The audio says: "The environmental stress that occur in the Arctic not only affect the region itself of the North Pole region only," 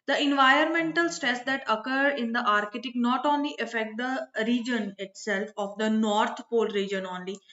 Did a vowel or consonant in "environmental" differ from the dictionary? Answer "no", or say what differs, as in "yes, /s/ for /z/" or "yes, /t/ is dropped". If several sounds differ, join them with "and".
no